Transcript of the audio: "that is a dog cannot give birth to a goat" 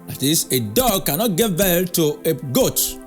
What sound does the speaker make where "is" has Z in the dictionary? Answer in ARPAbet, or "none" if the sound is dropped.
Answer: S